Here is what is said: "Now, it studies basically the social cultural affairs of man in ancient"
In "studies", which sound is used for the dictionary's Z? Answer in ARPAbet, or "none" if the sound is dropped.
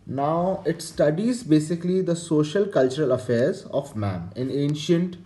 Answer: Z